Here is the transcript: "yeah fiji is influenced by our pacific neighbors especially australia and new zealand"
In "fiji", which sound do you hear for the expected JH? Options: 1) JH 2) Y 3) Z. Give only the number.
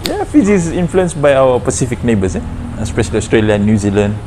3